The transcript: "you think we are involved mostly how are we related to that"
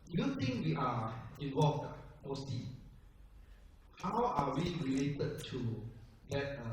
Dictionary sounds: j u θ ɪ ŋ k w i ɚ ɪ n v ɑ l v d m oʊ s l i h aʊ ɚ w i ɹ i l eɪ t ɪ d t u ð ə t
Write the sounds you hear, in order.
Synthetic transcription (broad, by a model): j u t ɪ ŋ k w i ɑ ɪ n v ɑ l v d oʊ s i h aʊ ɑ w i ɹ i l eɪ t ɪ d t u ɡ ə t